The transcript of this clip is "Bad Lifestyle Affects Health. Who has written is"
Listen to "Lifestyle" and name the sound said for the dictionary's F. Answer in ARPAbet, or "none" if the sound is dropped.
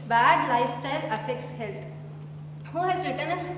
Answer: none